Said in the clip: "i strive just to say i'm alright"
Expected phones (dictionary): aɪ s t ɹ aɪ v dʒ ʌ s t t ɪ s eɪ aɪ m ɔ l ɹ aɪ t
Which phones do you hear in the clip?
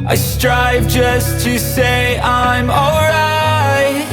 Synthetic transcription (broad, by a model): aɪ s t ɹ aɪ v dʒ ʌ s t t ɪ s eɪ aɪ m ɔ l ɹ aɪ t